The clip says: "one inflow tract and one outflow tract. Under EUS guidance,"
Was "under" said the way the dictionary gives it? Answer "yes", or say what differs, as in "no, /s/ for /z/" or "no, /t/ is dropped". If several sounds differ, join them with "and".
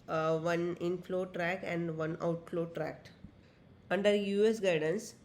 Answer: yes